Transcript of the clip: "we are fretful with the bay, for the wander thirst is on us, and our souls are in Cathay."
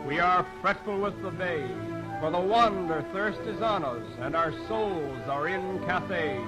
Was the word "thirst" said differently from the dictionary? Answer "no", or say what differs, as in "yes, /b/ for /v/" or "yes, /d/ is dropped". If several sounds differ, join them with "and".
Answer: no